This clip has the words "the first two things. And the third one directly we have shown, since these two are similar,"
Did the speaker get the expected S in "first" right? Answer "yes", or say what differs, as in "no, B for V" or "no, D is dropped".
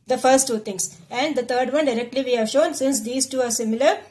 yes